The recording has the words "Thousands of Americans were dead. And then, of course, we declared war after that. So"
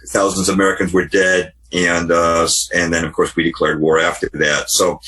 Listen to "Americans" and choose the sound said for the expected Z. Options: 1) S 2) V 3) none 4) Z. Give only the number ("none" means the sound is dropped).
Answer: 4